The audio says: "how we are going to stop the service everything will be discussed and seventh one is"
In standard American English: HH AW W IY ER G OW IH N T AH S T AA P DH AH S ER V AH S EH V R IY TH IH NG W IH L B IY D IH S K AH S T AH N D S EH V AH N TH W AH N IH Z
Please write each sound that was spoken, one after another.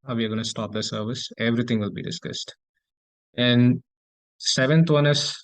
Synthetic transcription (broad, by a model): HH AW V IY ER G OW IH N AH S T AA P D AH S ER V AH S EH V R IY T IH NG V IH L B IY D IH S K AH S T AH N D S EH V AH N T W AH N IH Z